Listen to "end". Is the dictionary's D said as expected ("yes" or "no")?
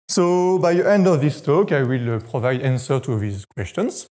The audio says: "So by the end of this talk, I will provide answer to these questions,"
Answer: yes